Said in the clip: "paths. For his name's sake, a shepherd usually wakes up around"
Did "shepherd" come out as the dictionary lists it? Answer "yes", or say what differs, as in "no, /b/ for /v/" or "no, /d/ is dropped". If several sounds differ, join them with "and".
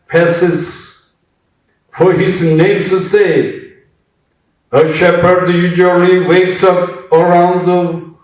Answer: yes